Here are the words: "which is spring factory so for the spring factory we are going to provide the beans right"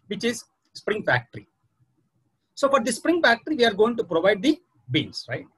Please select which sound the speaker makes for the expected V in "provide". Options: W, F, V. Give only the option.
V